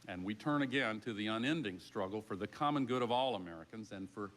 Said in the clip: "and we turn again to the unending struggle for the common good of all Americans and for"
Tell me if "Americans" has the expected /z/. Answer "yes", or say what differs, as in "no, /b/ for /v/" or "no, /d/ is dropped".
yes